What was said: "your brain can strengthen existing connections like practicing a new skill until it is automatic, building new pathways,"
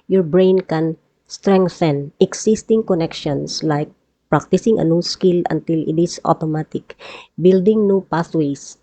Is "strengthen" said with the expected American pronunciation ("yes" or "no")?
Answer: yes